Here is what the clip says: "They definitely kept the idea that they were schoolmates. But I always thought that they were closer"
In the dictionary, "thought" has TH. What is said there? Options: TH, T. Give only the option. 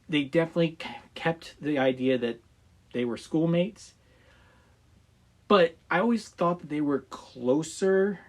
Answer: TH